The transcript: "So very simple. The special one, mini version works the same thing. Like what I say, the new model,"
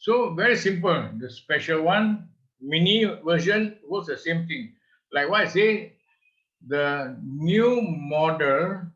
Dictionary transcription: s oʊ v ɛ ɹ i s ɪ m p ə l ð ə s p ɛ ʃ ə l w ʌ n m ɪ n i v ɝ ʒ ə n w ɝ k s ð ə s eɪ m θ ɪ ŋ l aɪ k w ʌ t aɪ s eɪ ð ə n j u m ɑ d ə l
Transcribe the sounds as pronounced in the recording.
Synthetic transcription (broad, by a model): s oʊ v ɛ ɹ i s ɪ m p ə l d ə s p ɛ ʃ ə l w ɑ n m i n i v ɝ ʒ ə n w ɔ s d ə s eɪ m t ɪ ŋ l aɪ k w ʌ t aɪ s eɪ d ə n j u m ɑ d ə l